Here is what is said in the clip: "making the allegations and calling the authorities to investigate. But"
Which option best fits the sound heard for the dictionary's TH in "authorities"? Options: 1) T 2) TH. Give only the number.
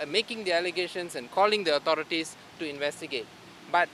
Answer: 1